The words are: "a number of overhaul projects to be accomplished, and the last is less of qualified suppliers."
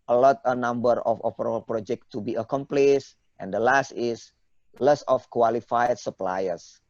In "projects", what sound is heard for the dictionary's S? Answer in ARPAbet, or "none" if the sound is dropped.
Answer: none